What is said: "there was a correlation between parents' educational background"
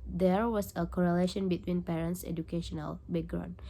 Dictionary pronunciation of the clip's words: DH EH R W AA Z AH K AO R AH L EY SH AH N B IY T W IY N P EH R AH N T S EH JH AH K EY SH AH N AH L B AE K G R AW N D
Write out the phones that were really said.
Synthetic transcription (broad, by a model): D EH R W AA S AH K AO R AH L EY SH AH N B IY T W IY N P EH R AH N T S EH JH AH K EY SH AH N AH L B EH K G R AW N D